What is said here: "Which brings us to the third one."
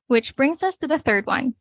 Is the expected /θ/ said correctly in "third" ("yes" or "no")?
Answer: yes